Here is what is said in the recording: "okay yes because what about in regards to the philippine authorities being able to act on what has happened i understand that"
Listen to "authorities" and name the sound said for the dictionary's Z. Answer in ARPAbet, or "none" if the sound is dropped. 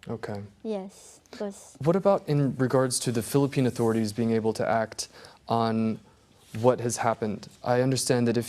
Z